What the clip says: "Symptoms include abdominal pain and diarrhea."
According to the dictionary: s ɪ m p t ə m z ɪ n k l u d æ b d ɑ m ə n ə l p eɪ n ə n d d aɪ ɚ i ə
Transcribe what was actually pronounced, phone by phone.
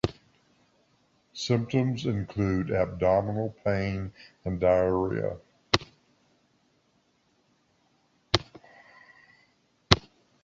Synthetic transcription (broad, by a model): s ɪ m p t ə m z ɪ n k l u d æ b d ɑ m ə n l p eɪ n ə n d d aɪ ɚ i ə